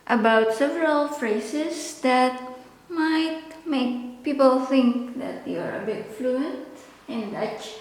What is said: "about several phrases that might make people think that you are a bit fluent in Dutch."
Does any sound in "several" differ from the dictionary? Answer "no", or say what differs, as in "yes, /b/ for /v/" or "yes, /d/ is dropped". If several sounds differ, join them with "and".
no